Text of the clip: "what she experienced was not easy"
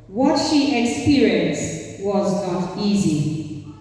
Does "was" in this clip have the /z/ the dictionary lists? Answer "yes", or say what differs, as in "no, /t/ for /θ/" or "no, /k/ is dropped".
yes